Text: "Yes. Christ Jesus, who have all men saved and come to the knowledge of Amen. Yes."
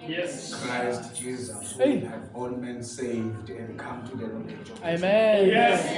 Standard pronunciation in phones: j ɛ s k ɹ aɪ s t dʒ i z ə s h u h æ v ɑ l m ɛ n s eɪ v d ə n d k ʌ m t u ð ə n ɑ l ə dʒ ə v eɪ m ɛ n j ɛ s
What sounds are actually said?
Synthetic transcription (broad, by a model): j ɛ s k ɹ aɪ s t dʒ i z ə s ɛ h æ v ɑ l m ɛ n s eɪ v d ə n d k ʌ m t u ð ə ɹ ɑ ə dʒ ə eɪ m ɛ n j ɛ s